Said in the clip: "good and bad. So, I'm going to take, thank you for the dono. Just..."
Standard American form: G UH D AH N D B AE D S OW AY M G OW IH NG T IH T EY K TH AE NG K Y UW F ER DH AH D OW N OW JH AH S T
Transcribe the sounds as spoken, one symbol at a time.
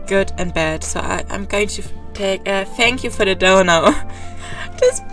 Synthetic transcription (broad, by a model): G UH D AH N B AE D S OW AY M G OW IH NG T IH T EY K TH AE NG K Y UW F ER DH AH D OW N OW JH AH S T